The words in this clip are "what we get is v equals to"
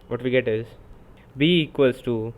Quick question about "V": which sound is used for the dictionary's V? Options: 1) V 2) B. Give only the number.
2